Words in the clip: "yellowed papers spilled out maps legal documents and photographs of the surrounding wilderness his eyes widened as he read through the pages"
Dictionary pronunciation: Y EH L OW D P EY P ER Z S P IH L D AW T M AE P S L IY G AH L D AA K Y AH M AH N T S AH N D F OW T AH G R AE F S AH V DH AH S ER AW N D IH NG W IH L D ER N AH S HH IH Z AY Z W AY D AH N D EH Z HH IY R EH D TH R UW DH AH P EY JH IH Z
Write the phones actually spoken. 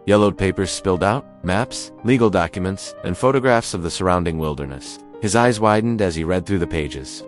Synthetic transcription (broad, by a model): Y EH L OW D P EY P ER Z S P IH L D AW T M AE P S L IY G L D AA K Y AH M AH N T S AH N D F OW T AH G R AE F S AH V DH AH S ER AW N D IH NG W IH L D ER N AH S HH IH Z AY Z W AY D N D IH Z IY R EH D TH R UW DH AH P EY JH IH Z